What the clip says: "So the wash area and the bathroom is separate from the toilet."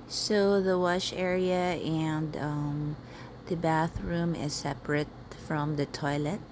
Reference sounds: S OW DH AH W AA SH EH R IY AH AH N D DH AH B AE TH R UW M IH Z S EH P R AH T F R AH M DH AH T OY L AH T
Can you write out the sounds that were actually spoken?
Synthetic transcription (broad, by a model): S OW DH AH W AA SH EH R IY AH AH N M DH AH B AE TH R UW M IH Z S EH P R AH T F R AH M DH AH T OY L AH T